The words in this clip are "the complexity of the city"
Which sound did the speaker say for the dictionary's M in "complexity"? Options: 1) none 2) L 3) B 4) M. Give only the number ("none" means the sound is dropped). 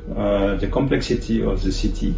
4